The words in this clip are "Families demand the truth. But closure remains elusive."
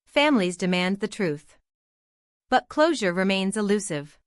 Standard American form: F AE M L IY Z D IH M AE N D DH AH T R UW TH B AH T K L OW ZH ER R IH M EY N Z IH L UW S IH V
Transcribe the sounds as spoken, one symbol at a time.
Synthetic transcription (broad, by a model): F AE M L IY Z D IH M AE N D DH AH T R UW TH B AH T K L OW ZH ER R IH M EY N Z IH L UW S IH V